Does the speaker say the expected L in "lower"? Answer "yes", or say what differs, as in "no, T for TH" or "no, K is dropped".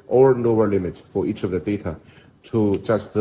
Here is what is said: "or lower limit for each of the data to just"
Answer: no, N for L